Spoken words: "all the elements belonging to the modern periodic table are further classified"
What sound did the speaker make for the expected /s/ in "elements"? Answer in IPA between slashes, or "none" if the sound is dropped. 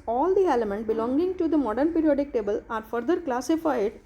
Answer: none